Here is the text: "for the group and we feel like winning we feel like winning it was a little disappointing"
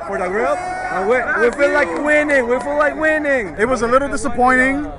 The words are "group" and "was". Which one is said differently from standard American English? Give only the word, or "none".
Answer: group